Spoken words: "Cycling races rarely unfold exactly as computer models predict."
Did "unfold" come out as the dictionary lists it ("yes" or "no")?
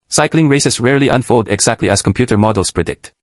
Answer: yes